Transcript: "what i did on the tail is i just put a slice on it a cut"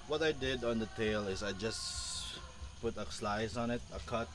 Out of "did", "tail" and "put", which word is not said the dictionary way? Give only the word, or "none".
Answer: none